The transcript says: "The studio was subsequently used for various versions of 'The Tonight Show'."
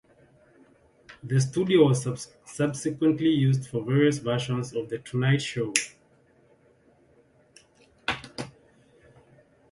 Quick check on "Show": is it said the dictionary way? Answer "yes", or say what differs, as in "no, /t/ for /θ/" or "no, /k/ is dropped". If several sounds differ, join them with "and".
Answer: yes